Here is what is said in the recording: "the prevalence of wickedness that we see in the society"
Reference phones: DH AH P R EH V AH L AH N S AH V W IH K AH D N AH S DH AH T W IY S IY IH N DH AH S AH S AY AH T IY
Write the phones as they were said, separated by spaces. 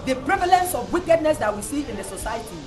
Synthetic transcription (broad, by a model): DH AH P R EH V AH L AH N S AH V W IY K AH D N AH S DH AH T W IY S IY IH N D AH S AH S AY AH T IY